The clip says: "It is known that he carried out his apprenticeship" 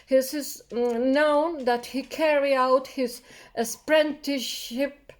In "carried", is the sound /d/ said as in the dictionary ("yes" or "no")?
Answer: no